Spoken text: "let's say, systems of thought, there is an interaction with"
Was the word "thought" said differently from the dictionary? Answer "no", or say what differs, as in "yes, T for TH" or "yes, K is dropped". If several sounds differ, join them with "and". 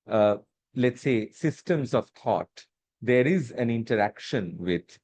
yes, T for TH